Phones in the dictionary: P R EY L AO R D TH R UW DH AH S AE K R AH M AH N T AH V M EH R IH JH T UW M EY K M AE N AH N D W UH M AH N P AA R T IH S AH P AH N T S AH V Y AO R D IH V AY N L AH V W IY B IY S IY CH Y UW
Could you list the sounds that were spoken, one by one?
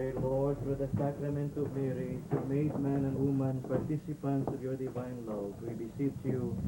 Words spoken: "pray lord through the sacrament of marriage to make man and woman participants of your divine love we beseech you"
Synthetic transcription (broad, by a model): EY L AO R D F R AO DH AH S AE K R AH M AH N T AH V M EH R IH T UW M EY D M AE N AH N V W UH M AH N P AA R T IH S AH P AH N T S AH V Y AO R D IH V AY N L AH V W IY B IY S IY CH Y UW